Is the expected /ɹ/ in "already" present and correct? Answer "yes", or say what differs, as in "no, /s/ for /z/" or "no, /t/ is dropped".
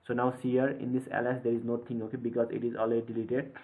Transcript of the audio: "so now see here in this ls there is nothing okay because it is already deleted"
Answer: no, /l/ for /ɹ/